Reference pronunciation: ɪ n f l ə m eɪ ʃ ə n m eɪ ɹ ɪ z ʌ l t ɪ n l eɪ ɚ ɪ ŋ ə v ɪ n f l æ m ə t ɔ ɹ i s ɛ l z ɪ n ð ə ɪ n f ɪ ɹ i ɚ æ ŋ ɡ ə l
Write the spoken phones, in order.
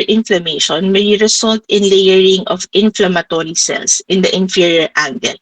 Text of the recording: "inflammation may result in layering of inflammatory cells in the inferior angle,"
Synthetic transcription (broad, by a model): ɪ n f l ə m eɪ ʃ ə n m eɪ ɹ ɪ s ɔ l t ɪ n l eɪ ɚ ɪ ŋ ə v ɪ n f l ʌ m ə t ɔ ɹ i s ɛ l s ɪ n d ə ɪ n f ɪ ɹ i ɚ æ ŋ ɡ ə l